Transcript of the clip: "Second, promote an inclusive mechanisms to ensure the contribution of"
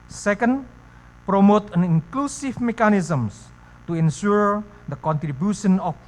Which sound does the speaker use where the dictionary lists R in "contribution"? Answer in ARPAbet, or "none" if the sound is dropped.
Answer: R